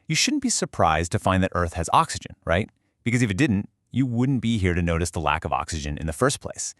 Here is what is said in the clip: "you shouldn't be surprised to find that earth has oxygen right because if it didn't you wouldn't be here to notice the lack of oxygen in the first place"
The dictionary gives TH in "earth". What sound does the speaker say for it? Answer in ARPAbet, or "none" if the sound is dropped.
TH